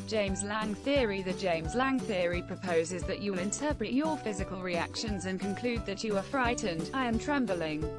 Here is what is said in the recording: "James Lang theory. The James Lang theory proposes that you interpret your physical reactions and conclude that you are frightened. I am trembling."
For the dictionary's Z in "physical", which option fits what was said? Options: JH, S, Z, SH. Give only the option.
Z